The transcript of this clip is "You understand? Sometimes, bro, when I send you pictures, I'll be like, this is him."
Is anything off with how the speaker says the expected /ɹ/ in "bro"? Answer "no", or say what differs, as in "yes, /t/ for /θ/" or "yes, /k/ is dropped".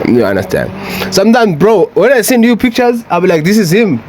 no